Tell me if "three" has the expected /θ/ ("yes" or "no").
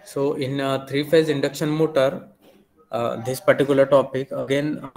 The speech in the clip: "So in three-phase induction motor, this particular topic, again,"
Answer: no